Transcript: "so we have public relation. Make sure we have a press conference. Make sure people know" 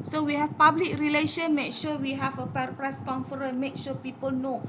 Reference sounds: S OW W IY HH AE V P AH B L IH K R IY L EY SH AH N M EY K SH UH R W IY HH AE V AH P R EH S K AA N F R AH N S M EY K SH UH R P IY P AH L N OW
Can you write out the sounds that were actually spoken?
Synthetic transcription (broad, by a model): S OW W IY HH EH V P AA B L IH K R IY L EY SH AH N M EY K SH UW W IY HH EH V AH P R EH S K AA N F R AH N M EY K SH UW P IY P AH L N OW